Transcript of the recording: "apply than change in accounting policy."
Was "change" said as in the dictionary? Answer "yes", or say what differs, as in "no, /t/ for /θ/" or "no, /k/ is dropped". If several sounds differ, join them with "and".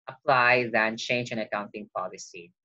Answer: yes